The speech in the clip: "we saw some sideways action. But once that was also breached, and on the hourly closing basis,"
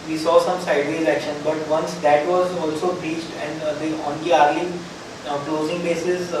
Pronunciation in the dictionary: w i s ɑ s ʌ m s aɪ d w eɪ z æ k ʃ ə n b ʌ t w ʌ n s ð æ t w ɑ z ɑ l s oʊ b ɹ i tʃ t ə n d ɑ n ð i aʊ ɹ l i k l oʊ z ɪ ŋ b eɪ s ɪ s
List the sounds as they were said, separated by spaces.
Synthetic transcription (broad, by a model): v i s ɑ s ʌ m s aɪ d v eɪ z æ k ʃ ə n b ʌ t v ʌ n s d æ t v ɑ z ɑ l s oʊ b ɹ i tʃ t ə n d ɑ n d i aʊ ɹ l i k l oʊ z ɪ ŋ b eɪ s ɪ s